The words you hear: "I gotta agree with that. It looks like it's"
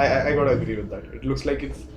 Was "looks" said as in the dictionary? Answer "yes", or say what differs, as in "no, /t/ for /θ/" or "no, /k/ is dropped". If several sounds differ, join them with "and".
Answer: yes